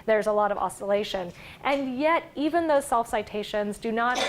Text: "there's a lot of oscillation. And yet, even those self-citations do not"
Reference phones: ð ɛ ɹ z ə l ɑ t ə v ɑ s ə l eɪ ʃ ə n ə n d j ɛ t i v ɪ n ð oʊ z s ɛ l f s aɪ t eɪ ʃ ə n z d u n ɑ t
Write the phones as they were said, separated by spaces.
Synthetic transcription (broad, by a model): ð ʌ ɹ z ə l ɑ t ə v ɑ s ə l eɪ ʃ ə n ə n j ɛ t i v ɪ n ð oʊ z s ɛ l f s aɪ t eɪ ʃ ə n z d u n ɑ t